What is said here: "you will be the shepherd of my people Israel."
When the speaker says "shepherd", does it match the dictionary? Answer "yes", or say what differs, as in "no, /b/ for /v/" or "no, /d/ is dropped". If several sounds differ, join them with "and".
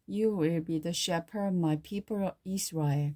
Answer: no, /d/ is dropped